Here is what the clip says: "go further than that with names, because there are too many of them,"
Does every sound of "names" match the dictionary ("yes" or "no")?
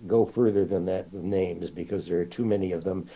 yes